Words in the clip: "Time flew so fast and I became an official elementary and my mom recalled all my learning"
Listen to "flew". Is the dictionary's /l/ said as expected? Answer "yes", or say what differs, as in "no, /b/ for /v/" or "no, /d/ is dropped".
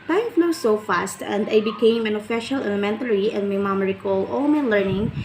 no, /n/ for /l/